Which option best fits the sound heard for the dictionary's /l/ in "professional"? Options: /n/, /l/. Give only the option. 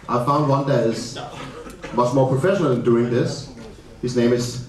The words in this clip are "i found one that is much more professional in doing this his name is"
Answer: /l/